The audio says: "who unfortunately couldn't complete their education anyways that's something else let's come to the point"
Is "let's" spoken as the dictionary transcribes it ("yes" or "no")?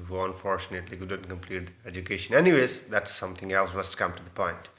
no